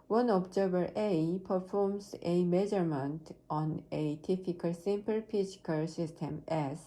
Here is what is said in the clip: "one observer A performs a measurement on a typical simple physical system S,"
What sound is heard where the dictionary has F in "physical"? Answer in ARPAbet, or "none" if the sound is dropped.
P